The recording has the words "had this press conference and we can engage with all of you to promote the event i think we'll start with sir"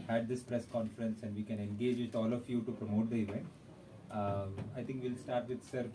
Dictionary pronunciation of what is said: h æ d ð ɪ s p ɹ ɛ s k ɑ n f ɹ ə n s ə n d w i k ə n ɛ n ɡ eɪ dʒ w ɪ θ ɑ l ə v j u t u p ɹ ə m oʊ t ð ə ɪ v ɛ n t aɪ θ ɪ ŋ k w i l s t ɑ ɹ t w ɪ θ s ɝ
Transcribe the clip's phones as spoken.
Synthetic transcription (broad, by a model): h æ d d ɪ s p ɹ ɛ s k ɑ n f ɹ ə n s ə n d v i k ə n ɛ n ɡ eɪ dʒ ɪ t ɑ l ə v j u t u p ɹ ə m oʊ t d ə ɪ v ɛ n aɪ t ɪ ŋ k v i l s t ɑ ɹ t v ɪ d s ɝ